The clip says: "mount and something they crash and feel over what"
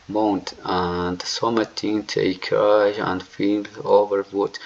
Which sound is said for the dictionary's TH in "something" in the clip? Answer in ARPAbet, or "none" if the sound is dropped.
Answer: T